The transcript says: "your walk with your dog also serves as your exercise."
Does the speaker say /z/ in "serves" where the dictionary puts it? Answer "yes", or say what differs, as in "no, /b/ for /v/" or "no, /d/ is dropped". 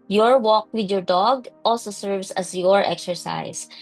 no, /s/ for /z/